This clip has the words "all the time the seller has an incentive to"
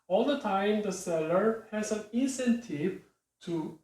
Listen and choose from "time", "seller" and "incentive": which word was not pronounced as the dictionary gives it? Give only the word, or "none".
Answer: none